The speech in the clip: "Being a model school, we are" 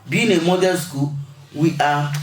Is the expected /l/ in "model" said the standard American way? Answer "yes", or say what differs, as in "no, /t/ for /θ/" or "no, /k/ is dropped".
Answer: no, /n/ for /l/